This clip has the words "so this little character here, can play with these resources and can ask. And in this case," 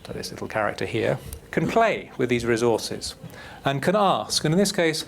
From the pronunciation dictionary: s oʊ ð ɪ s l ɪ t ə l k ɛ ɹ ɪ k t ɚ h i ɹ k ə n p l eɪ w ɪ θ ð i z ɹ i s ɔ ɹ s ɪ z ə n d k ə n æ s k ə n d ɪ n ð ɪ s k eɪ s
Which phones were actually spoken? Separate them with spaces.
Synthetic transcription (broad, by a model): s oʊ ð ɪ s l ɪ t l k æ ɹ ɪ k t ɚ h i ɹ k ə n p l eɪ w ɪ ð i z ɹ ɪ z ɔ ɹ s ɪ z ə n k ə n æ s k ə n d ɪ n ð ɪ s k eɪ s